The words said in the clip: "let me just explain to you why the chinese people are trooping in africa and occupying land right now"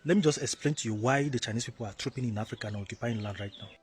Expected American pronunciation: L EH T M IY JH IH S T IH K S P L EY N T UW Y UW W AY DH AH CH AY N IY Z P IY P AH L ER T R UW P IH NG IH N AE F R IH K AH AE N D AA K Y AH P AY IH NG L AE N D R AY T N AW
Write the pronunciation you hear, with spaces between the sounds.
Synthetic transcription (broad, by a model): L EH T M IY JH IH S T IH K S P L EY N T UW Y UW W AY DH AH CH AY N IY S P IY P AH L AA T R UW P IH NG IH N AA F R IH K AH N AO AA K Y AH P AY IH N L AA N D R AY T N AW